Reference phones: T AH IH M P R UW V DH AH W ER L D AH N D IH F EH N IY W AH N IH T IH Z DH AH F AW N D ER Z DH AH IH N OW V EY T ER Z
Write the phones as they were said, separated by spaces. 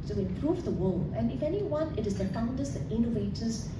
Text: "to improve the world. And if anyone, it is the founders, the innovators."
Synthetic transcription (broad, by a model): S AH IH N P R UW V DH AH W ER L AH N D IH F EH N IY W AH N IH T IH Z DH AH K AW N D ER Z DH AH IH N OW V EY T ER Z